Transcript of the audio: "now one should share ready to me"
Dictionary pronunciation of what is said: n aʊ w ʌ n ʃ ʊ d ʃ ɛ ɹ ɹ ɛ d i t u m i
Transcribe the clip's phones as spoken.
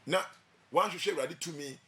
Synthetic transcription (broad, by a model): n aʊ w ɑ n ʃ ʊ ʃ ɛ w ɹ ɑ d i t u m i